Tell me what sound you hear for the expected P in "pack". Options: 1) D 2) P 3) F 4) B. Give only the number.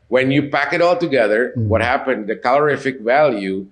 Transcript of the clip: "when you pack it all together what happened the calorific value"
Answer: 2